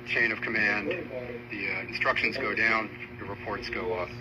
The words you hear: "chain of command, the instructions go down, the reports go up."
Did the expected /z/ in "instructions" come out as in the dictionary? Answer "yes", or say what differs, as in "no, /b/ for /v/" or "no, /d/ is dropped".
yes